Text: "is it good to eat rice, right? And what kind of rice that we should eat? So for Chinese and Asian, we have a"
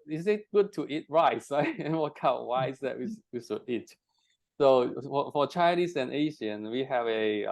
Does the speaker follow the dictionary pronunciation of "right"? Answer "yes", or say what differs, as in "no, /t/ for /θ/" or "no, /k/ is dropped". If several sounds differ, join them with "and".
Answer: no, /t/ is dropped